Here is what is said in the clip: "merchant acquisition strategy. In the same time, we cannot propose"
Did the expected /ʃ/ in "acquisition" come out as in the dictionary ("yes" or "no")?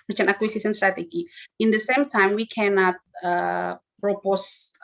no